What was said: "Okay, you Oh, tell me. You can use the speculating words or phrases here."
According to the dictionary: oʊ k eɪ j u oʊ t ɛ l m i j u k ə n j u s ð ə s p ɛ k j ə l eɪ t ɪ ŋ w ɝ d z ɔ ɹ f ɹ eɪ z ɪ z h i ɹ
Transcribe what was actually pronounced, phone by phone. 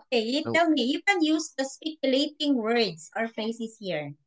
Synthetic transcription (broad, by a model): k eɪ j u t ɛ l m i j u k ə n j u s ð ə s p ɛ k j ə l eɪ t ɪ ŋ w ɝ d s ɔ ɹ f eɪ s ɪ s h i ɹ